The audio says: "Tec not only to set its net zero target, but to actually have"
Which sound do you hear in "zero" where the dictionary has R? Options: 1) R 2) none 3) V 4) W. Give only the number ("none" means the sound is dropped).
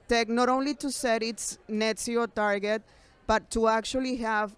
2